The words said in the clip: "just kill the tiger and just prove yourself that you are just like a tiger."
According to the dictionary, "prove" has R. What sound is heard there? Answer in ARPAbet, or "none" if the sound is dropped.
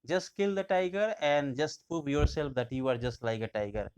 none